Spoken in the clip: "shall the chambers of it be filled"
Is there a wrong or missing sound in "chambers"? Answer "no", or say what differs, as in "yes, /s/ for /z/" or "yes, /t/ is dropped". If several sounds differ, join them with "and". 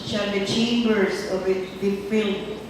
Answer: yes, /s/ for /z/